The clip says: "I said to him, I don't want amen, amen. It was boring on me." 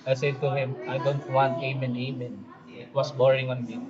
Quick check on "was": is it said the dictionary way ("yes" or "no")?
no